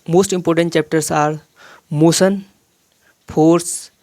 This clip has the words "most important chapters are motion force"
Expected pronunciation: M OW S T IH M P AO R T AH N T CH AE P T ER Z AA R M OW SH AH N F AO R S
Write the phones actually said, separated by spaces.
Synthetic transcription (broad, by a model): M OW S T IH M P AO R T AH N T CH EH P T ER S AA R M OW S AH N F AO R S